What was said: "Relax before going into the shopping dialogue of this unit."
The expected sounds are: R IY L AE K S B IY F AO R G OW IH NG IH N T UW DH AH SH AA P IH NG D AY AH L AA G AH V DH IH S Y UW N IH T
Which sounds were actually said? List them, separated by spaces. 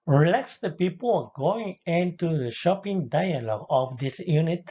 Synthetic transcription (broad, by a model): R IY L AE K S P IY P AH L G OW IH NG IH N T UW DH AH SH AA P IH NG D AY AH L AA G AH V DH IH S Y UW N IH T